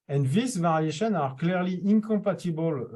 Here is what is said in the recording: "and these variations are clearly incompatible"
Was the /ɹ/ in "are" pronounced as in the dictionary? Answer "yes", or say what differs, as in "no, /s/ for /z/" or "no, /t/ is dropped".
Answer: yes